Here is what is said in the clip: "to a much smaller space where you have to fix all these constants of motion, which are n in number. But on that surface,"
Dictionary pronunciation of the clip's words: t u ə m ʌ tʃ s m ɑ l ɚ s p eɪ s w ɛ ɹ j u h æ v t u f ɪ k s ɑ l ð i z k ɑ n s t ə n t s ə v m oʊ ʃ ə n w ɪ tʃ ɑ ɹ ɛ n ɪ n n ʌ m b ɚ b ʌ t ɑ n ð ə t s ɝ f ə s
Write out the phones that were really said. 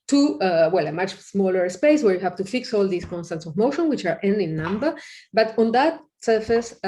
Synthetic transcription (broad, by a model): t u ə m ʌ tʃ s m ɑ l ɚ s p eɪ s w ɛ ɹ j u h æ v t u f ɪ k s ɑ l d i s k ɑ n s t ə n t s ə v m oʊ ʃ ə n w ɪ tʃ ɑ ɹ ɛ n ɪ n n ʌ m b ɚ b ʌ t ɑ n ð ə t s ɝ f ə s